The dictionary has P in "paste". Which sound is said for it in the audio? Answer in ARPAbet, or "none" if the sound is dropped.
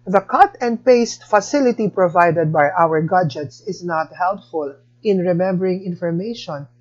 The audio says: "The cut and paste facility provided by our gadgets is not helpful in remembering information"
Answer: P